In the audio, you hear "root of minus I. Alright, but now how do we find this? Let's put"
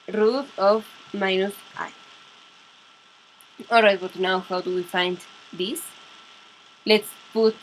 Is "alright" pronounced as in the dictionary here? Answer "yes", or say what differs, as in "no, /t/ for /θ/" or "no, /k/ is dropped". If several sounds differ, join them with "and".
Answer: no, /l/ is dropped